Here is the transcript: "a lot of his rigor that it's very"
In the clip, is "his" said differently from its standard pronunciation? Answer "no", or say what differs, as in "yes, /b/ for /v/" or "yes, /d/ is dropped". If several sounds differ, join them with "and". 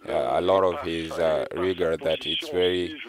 no